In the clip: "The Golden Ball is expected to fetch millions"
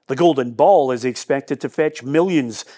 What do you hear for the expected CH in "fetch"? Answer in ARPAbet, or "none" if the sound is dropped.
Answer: CH